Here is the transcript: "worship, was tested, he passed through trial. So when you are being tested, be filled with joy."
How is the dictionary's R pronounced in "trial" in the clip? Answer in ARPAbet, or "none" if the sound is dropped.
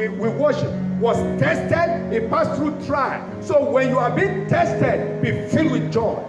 R